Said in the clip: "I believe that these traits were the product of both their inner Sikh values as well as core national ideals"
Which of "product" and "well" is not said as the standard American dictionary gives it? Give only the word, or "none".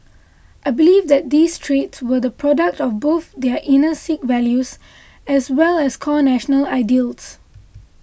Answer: none